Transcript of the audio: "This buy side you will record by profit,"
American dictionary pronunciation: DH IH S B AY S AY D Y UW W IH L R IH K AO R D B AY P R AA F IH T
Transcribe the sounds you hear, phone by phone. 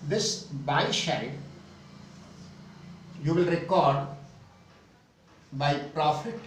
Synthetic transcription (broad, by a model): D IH S B AY SH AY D Y UW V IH L R IH K AO R D B AY P R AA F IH T